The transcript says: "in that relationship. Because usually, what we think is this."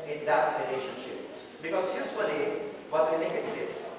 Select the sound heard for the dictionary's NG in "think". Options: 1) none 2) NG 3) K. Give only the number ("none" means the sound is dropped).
1